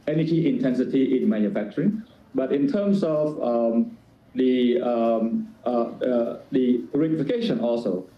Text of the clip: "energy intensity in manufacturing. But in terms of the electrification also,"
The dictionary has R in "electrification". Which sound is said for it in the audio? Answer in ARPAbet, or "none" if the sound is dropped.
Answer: none